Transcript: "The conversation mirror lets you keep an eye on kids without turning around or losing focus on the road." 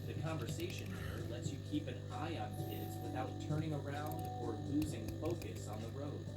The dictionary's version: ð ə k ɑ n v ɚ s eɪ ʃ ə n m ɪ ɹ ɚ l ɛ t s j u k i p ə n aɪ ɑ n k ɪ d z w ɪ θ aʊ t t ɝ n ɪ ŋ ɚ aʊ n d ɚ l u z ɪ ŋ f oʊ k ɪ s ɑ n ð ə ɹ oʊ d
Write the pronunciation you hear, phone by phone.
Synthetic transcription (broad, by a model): ð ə k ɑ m v ɚ s eɪ ʃ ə n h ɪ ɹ l ɛ t s j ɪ k i p ə n aɪ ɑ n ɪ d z w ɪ θ aʊ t t ɝ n ɪ ŋ ɚ aʊ n d ɚ l u z ɪ ŋ f oʊ k ɪ s n ð ə ɹ oʊ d